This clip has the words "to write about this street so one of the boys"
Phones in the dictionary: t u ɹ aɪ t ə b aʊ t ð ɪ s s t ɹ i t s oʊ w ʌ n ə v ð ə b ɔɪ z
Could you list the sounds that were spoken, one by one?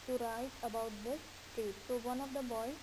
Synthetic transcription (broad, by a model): t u ɹ aɪ t ə b aʊ t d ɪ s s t i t s oʊ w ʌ n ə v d ə b ɔɪ